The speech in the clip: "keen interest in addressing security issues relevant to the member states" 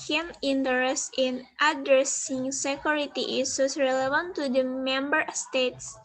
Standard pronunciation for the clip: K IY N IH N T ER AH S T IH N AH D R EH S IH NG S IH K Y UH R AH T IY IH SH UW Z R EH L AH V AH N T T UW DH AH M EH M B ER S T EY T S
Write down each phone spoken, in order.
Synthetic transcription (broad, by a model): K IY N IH N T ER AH S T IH N AH D R EH S IH NG S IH K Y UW R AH T IY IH S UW S R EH L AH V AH N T T UW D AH M EH M B ER S T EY T S